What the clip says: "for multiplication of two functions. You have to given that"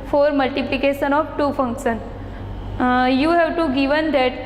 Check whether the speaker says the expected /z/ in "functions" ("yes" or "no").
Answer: no